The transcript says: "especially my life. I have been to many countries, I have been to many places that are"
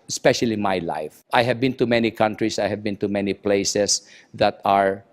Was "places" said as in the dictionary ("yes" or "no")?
no